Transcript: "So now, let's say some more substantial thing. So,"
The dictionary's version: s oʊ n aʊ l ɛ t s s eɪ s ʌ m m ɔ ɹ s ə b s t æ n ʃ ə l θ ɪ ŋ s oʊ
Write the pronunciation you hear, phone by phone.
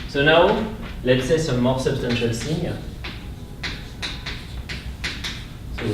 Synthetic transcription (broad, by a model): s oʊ n aʊ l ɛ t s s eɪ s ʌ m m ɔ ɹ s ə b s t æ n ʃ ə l s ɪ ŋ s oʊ